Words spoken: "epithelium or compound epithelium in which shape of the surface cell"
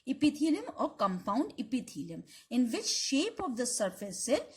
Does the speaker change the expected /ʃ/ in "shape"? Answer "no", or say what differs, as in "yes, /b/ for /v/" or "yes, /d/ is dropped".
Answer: no